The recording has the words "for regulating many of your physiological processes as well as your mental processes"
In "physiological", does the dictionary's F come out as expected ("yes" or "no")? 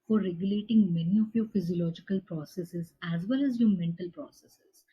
yes